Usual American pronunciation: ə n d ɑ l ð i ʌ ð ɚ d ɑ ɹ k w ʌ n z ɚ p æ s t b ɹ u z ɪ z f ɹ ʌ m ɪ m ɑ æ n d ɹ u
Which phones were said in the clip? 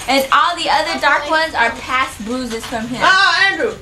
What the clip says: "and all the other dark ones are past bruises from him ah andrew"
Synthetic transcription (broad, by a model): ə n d ɑ l ð i ʌ ð ɚ d ɑ ɹ k w ʌ n z ɚ p æ s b u z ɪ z f ɹ ʌ m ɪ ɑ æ n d ɹ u